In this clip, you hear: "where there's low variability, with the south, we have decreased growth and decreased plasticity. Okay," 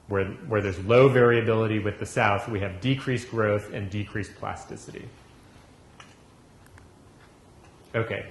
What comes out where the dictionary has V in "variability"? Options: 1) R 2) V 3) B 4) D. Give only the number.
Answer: 2